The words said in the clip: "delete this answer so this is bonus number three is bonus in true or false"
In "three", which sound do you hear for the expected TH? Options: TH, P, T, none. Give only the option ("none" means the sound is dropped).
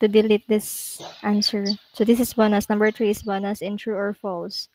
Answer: T